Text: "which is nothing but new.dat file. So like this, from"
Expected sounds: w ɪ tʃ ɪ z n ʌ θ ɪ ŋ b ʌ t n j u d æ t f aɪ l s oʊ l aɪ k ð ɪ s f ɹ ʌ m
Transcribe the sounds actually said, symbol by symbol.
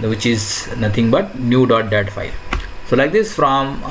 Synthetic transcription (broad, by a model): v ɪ tʃ ɪ z n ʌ t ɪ ŋ b ʌ t n j u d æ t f aɪ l s oʊ l aɪ k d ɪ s f ɹ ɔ m